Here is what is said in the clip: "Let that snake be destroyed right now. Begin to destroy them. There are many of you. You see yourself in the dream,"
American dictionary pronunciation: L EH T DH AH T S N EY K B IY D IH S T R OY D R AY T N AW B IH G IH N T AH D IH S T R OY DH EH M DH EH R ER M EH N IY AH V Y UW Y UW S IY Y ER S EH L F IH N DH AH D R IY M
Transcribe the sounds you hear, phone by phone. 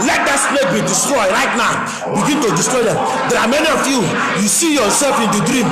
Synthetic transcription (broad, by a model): L EH T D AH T S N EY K B IY D IH S T R OY D R AY T N AW B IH G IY N T AH D IH S T R OY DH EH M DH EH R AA M EH N IY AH F Y UW Y UW S IY Y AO S EH L F IH N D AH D R IY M